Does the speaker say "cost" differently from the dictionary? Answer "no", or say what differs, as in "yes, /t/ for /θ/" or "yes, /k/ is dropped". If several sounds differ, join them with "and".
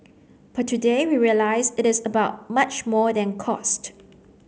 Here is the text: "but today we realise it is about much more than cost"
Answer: no